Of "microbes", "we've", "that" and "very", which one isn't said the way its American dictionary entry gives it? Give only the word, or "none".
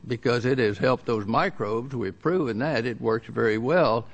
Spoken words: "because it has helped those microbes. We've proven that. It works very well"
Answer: none